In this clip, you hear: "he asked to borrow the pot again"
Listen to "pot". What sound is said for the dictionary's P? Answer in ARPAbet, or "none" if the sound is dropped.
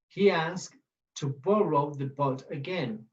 B